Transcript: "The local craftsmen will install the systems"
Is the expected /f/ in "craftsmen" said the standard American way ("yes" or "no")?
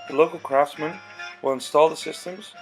yes